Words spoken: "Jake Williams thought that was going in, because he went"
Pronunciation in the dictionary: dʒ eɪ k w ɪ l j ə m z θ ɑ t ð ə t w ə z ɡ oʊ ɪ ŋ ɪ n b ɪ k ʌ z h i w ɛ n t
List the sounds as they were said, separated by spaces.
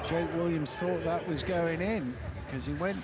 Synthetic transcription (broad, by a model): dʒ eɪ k w ɪ l j ə m z θ ɑ t ð ə t w ə z ɡ oʊ ɪ ŋ ɪ n k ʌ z i w ɛ n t